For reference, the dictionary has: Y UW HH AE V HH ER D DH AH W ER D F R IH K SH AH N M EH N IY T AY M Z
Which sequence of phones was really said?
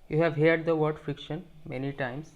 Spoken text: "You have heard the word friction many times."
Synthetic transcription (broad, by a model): Y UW HH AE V HH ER D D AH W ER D F R IH K SH AH N M EH N IY T AY M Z